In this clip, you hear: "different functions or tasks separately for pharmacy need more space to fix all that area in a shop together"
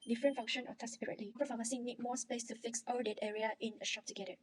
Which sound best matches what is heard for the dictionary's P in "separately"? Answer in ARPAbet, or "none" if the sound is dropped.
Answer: none